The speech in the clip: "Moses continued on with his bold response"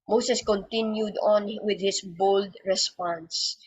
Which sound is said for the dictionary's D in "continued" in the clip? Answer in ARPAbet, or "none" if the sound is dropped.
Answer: D